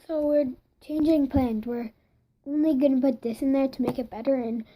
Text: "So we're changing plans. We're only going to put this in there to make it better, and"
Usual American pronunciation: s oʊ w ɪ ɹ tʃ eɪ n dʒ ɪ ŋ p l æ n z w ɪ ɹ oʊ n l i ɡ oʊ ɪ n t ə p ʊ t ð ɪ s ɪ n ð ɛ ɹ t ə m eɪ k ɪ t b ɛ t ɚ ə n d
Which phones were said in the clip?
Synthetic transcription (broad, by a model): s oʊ w ɪ ɹ tʃ eɪ n dʒ ɪ ŋ p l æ n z w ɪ ɹ oʊ n l i ɡ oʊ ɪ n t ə b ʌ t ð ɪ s ɪ n ð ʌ ɹ t ə m eɪ k ɪ t b ɛ t ɚ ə n